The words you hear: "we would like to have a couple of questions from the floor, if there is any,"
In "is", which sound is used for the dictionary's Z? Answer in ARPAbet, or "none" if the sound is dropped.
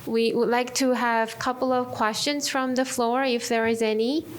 Z